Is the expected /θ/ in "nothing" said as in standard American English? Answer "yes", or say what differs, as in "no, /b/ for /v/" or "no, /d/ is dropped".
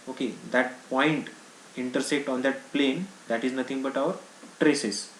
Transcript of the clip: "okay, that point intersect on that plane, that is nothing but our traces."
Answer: no, /t/ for /θ/